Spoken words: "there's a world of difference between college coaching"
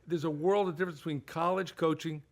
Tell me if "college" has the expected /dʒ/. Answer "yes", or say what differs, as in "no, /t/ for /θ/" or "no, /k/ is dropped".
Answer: no, /ʒ/ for /dʒ/